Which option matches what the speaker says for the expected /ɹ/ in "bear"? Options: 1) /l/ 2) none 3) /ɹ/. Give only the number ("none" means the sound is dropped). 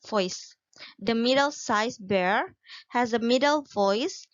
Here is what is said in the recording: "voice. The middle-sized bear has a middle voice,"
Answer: 3